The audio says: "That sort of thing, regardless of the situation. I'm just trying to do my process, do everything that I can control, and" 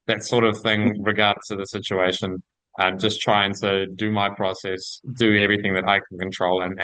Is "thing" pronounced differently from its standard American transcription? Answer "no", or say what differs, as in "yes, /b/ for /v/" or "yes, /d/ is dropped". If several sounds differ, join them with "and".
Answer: no